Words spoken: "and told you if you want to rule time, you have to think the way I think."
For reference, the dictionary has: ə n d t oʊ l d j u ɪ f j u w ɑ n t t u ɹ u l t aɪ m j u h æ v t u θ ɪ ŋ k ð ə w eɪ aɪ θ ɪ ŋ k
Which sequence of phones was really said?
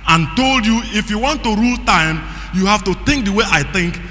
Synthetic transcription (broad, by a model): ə n t oʊ l d j u ɪ f j u w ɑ n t t u ɹ u l t aɪ m j u h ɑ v t u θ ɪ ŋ k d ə w eɪ aɪ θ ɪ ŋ k